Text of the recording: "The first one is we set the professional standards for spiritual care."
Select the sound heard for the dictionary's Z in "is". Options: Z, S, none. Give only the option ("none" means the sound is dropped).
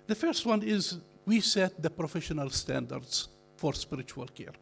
Z